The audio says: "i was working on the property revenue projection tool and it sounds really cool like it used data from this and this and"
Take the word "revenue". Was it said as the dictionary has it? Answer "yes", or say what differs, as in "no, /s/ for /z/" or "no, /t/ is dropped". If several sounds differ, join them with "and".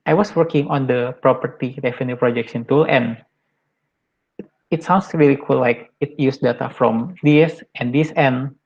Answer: no, /f/ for /v/